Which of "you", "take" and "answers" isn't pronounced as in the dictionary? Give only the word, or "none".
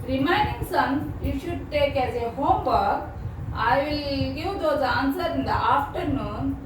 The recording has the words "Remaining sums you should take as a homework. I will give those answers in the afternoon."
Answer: answers